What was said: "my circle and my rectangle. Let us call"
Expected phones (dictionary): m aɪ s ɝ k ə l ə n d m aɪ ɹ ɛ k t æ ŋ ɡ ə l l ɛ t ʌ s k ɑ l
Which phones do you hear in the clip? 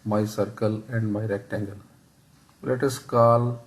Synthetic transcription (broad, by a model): m aɪ s ɝ k ə l ə n d m aɪ ɹ ɛ k t æ ŋ ɡ ə l l ɛ t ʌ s k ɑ l